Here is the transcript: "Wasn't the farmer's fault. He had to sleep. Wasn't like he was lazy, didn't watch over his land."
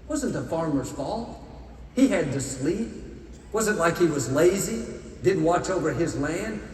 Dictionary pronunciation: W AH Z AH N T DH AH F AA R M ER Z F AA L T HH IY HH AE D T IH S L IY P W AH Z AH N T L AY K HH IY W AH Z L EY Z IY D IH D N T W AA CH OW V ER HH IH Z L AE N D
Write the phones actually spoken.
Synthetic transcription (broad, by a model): W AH Z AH N T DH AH F AA R M ER Z F AA L T HH IY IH D T IH S L IY P W AH Z AH N T L AY K HH IY W AH Z L EY Z IY D IH D N T W AA CH OW V ER IH Z L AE N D